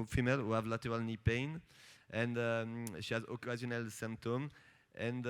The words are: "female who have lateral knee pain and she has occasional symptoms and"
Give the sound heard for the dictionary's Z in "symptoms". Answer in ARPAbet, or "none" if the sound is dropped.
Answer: none